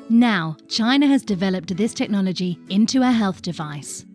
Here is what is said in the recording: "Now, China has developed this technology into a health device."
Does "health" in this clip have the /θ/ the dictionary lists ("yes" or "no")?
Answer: yes